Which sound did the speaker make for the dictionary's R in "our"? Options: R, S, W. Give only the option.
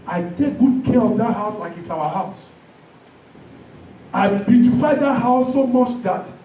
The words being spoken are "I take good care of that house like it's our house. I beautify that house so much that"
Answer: W